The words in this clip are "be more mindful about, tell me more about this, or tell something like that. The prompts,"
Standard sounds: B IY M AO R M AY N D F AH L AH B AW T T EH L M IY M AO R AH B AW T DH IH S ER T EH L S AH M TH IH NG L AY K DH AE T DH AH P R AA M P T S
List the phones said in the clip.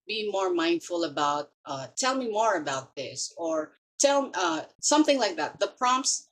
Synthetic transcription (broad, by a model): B IY M AO R M AY N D F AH L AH B AW T T EH L M IY M AO R AH B AW T DH IH S ER T EH L S AH M TH IH NG L AY K DH AE T DH AH P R AA M P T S